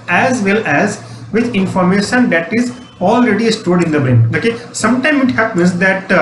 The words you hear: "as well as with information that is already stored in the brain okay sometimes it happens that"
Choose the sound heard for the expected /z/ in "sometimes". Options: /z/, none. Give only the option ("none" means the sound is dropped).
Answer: none